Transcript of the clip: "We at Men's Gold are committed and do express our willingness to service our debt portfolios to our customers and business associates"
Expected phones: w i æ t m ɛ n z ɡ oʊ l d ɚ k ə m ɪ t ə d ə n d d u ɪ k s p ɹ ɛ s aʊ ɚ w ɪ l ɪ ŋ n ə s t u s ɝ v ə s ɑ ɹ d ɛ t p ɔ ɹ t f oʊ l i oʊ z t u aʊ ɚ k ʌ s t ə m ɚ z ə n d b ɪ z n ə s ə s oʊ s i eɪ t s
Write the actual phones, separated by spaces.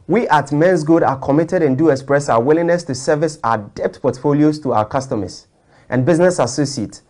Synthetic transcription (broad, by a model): w i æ t m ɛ n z ɡ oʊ d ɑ k ə m ɪ t ə d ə n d d u ɪ k s p ɹ ɛ s aʊ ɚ w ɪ l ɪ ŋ n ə s t u s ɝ v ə s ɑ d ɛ t p ɔ t f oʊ l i oʊ s t u aʊ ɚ k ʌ s t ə m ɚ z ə n b ɪ z n ə s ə s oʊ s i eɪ t